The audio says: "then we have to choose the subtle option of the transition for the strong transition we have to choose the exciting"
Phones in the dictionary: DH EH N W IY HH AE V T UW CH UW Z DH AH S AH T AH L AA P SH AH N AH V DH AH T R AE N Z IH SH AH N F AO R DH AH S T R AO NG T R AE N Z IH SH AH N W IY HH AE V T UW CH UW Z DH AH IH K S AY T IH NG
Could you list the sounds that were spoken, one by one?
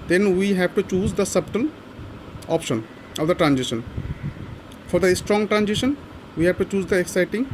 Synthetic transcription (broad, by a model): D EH N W IY HH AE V T UW CH UW Z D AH S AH T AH N AA P SH AH N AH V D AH T R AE N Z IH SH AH N F AO R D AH S T R AO NG T R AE N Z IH SH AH N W IY HH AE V T UW CH UW Z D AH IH K S AY T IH NG